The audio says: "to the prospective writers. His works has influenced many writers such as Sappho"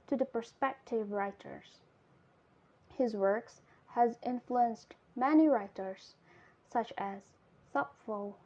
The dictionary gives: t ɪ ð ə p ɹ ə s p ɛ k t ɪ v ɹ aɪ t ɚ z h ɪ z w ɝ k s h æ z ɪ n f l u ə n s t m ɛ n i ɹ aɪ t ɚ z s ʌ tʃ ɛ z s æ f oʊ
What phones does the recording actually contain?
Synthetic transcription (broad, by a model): t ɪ ð ə p ɹ s p ɛ k t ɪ v ɹ aɪ t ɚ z h ɪ z w ɝ k s h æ z ɪ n f l u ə n s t m ɛ n i ɹ aɪ t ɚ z s ʌ tʃ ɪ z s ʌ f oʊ